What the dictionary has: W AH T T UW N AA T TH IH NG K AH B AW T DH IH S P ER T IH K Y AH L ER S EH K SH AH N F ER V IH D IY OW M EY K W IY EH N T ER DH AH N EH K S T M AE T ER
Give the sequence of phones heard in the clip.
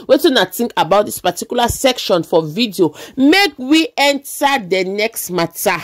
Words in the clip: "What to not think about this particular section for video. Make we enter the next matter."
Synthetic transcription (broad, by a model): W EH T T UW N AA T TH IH NG K AH B AW T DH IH S P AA T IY K Y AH L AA S EH K SH AH N F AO V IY D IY OW M EY K W IY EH N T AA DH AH N EH K S T M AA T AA